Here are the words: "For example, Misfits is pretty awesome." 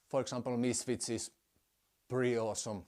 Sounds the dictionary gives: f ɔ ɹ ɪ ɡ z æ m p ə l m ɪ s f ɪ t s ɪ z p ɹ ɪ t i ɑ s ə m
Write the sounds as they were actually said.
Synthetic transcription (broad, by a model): f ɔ ɹ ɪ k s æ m p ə l m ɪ s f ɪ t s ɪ s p ɹ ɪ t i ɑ s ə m